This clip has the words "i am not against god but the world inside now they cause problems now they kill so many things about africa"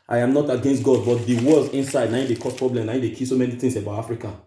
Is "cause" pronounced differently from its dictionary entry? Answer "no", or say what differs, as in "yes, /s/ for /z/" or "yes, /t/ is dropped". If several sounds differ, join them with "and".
yes, /s/ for /z/